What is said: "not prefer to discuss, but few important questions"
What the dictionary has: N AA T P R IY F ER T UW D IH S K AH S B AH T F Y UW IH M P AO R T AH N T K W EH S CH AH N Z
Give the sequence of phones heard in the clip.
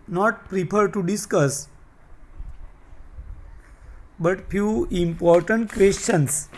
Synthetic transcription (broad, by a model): N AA T P R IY P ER T UW D IH S K AH S B AH T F Y UW IH M P AO R T AH N T K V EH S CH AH N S